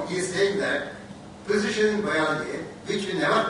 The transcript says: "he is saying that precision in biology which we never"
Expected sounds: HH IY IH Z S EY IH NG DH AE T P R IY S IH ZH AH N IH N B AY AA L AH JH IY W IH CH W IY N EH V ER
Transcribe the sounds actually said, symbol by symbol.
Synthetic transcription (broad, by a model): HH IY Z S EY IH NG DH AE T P IY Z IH SH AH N IH N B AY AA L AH IY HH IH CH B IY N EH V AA